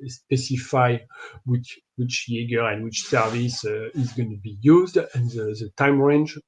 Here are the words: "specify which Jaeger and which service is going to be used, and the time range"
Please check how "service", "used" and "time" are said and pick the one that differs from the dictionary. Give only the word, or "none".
none